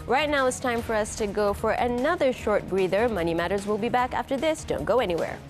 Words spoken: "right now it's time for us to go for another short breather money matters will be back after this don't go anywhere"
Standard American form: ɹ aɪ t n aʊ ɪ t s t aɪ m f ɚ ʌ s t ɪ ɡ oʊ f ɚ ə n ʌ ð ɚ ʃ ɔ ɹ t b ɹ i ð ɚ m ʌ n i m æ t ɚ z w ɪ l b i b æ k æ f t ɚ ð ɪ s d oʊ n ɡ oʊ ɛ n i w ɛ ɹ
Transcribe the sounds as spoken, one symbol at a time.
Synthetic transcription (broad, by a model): ɹ aɪ t n aʊ ɪ t s t aɪ m f ɚ ʌ s t ɪ ɡ oʊ f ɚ ə n ʌ ð ɚ ʃ ɔ ɹ t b ɹ i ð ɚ m ʌ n i m æ t ɚ z w ɪ l b i b æ k æ f t ɚ ð ɪ s d oʊ n ɡ oʊ ɛ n i w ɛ ɹ